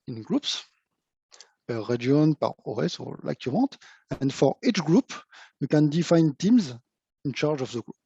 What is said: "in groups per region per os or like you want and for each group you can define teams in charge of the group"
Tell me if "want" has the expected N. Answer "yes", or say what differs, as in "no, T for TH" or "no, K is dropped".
no, N is dropped